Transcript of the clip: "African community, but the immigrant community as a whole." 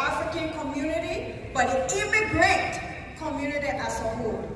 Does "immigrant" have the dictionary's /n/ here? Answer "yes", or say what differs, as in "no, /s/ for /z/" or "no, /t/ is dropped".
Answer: no, /n/ is dropped